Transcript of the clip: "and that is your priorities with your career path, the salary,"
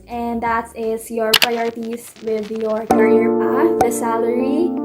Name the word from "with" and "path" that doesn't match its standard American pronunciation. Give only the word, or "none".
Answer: path